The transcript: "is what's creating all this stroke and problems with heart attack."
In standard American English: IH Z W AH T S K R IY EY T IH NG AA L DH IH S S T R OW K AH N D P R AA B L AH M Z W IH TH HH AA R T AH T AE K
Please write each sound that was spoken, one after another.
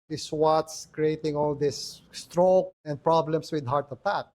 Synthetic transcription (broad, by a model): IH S W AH T S K R IY EY T IH NG AA L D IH S S T R OW K AH N D P R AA B L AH M S W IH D HH AA R T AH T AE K